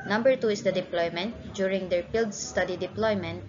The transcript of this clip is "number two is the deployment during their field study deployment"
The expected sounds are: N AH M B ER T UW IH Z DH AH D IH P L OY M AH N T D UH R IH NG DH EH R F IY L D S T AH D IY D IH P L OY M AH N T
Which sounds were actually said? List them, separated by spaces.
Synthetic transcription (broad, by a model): N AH M B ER T UW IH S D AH D IH P L OY M AH N T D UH R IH NG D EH R P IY L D S T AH D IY D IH P L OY M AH N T